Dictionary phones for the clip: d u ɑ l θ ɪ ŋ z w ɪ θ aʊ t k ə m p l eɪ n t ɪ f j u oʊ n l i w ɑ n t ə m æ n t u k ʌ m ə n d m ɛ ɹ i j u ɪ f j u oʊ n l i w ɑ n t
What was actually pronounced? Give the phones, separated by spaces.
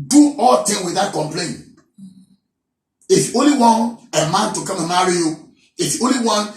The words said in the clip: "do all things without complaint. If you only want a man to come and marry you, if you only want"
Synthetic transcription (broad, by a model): d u ɑ l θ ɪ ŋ w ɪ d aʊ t k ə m p l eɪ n ɪ f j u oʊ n l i w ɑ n ə m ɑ n t u k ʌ m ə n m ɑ ɹ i j u ɪ f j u oʊ n l i w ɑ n